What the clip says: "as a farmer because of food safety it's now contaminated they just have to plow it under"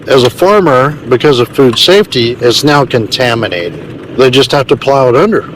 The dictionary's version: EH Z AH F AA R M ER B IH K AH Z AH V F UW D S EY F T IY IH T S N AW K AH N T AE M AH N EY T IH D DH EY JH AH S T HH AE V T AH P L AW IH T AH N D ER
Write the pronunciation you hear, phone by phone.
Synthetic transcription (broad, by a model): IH Z AH F AA R M ER B IH K AH Z AH V F UW D S EY F T IY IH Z N AW K AH N T AE M AH N EY T IH D DH EY JH AH S T HH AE F T AH P L AW IH T AH N D ER